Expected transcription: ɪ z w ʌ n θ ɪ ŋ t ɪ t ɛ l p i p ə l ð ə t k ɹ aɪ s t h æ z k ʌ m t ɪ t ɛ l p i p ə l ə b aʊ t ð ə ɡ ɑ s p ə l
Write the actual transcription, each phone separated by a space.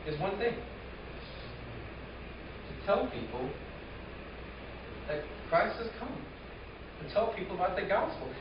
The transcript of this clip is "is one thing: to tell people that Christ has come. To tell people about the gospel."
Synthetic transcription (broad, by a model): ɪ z w ʌ n θ ɪ ŋ t ɪ t ɛ l p i p l ð ə t k ɹ aɪ s t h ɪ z k ʌ m t ɪ t ɛ l p i p l ə b aʊ t ð ə ɡ ɑ s p l